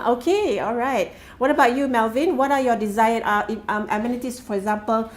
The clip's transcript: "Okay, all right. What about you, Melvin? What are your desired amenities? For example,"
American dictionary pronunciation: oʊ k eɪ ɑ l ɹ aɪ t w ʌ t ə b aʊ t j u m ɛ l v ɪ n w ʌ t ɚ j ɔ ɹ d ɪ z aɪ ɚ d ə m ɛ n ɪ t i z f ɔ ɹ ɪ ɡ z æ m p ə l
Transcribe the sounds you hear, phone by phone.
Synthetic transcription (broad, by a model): oʊ k eɪ ɑ l ɹ aɪ t w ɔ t ə b aʊ t j u m ɛ l v ɪ n w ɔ t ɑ j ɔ d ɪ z aɪ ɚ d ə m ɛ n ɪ t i s f ɔ ɹ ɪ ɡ z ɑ m p ə l